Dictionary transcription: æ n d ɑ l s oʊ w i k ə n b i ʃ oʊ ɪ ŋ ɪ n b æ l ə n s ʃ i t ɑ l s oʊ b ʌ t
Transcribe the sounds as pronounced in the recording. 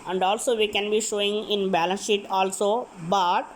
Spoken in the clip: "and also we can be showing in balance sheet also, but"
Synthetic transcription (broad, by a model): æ n d ɑ l s oʊ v i k ə n b i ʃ oʊ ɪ ŋ ɪ n b æ l ə n s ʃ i t ɑ l s oʊ b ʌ t